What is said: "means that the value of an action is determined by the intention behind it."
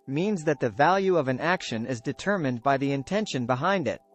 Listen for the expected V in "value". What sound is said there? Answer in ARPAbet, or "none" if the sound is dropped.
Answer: V